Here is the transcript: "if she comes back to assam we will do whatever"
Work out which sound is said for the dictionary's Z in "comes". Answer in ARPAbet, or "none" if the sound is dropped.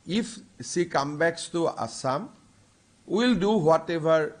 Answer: none